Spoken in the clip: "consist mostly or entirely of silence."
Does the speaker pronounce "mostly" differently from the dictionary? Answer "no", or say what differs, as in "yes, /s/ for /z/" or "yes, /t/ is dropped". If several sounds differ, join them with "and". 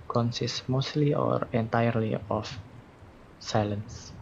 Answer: no